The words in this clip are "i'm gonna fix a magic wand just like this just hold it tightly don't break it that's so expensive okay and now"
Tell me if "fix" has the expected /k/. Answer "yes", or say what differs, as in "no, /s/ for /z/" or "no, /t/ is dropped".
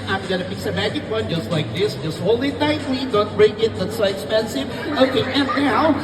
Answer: no, /k/ is dropped